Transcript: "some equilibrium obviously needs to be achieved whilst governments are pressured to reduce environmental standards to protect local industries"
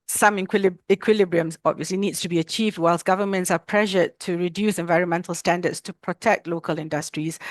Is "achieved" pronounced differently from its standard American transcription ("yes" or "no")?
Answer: no